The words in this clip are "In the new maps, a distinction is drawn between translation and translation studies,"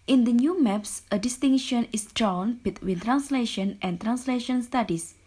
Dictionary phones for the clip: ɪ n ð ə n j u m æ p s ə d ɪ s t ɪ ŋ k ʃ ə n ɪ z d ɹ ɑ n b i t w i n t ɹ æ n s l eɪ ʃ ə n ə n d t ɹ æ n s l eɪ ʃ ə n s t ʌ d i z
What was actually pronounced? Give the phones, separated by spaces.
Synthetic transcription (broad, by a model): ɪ n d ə n j u m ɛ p s ə d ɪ s t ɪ ŋ ʃ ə n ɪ s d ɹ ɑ n b i t w i n t ɹ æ n s l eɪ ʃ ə n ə n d t ɹ æ n s l eɪ ʃ ə n s t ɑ d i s